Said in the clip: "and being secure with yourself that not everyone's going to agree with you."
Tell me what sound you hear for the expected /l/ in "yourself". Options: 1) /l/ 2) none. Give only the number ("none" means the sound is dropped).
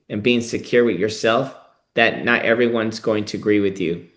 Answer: 1